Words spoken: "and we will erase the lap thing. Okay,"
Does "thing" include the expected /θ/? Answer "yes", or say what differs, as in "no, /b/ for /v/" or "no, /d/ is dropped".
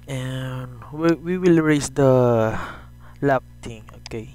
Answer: no, /t/ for /θ/